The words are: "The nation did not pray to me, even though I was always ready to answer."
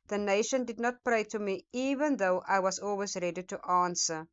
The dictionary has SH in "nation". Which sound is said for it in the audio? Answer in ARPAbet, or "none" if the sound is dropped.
SH